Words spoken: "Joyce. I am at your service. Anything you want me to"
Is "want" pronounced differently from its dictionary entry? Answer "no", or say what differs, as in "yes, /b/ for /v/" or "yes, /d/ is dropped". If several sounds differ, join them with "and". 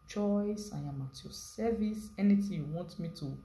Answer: no